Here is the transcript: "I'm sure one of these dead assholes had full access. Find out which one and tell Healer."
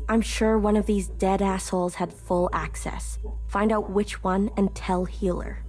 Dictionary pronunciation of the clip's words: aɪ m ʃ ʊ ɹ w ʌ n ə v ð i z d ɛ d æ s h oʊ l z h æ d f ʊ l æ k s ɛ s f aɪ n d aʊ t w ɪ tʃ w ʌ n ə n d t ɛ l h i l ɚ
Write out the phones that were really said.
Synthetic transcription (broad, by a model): aɪ m ʃ ʊ ɹ w ʌ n ə v ð i z d ɛ d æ s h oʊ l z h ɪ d f ʊ l æ k s ɛ s f aɪ n d aʊ t w ɪ tʃ w ʌ n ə n t ɛ l h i l ɚ